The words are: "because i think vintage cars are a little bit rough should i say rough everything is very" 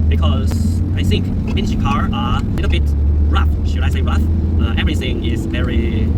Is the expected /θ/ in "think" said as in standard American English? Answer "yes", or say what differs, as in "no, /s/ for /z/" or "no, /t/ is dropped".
yes